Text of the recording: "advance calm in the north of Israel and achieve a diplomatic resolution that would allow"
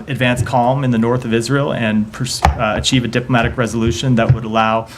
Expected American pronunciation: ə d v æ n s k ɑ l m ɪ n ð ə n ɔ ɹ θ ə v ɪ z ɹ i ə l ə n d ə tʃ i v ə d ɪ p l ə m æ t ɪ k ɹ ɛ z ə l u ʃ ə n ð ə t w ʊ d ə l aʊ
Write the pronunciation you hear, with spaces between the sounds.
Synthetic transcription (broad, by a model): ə d v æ n s k ɑ l m ɪ n ð ə n ɔ ɹ θ ə v ɪ z ɹ i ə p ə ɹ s ə tʃ i v ə d ɪ p l ə m æ t ɪ k ɹ ɛ z ə l u ʃ ə n ð ə t w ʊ d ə l aʊ